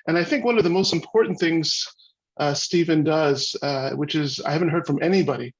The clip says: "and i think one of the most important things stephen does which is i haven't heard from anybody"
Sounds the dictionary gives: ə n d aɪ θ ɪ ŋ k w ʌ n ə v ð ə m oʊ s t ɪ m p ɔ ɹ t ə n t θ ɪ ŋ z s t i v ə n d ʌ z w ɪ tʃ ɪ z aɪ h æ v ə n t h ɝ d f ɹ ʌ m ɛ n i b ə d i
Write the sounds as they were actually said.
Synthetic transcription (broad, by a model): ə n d aɪ θ ɪ ŋ k w ʌ n ə v ð ə m oʊ s t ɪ m p ɔ ɹ t n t θ ɪ ŋ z s t i v ə n d ʌ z w ɪ tʃ ɪ z aɪ h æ v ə n t h ɝ d f ɹ ʌ m ɛ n i b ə d i